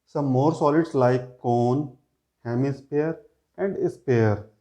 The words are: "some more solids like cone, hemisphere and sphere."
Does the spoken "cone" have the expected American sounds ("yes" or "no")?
yes